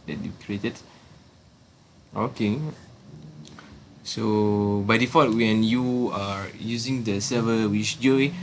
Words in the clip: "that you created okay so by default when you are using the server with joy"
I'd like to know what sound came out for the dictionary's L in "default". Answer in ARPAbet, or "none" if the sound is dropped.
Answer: none